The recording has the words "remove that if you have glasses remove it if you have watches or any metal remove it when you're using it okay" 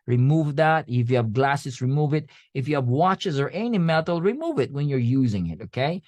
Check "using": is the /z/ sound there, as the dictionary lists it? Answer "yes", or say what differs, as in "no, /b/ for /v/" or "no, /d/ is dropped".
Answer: yes